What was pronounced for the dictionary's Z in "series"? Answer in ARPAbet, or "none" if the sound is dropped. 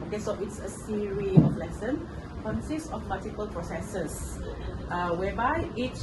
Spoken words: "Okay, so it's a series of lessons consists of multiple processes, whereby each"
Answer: none